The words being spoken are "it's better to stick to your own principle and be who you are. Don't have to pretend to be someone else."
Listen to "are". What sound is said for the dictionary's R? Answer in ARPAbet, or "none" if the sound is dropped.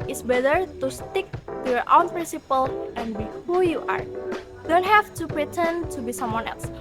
R